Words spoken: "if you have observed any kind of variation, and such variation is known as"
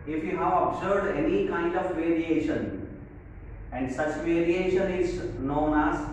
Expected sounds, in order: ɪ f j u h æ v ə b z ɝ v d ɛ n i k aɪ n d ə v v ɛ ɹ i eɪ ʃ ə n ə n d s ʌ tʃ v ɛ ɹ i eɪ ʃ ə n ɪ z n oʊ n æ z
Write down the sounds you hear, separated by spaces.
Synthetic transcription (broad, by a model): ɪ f j u h æ v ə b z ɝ d ɛ n i k aɪ n d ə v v ɛ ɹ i eɪ ʃ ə n ə n d s ʌ tʃ v ɛ ɹ i eɪ ʃ ə n ɪ z n oʊ n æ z